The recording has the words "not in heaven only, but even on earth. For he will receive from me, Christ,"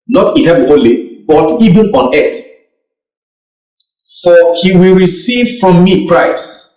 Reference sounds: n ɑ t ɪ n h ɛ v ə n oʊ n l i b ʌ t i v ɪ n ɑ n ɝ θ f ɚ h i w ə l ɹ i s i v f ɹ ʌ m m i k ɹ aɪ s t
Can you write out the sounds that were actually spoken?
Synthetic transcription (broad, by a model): n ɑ t ɪ n h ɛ v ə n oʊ l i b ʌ t i v ɪ n ɑ n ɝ t f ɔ h i w ə l ɹ i s i v f ɹ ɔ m m i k ɹ aɪ s t